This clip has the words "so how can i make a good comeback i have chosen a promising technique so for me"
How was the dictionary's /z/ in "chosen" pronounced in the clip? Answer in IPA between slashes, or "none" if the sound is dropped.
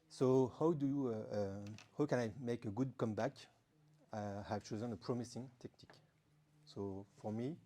/z/